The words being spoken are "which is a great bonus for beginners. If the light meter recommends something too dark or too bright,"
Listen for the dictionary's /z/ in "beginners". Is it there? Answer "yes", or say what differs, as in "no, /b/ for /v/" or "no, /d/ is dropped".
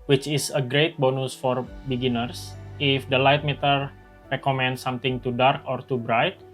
no, /s/ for /z/